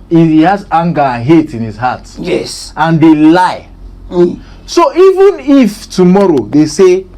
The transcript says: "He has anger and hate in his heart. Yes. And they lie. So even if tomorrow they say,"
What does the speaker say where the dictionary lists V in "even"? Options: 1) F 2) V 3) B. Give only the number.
2